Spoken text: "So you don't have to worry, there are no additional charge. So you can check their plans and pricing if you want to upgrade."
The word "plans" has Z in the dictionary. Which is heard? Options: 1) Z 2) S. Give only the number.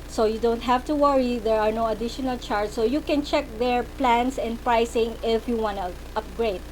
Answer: 2